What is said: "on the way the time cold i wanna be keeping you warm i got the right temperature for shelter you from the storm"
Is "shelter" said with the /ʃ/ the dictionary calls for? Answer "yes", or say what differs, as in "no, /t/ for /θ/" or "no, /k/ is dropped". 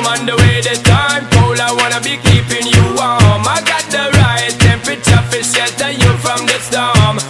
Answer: no, /s/ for /ʃ/